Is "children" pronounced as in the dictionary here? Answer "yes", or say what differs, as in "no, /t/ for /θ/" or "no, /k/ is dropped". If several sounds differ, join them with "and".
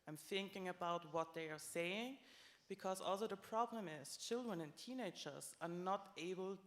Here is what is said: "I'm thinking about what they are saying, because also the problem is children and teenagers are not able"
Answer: yes